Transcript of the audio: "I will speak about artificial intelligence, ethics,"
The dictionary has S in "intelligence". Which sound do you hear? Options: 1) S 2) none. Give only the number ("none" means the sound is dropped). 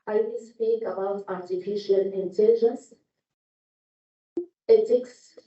1